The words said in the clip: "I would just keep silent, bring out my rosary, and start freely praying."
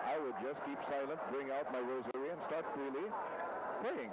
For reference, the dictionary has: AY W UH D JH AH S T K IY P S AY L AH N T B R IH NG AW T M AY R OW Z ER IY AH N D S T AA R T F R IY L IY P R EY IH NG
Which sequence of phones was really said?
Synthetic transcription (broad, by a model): AY W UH D JH AH S K IY P S AY L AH N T B R IH NG AW T M AY R OW Z ER IY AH N S T AA R T F R IY L IY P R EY IH NG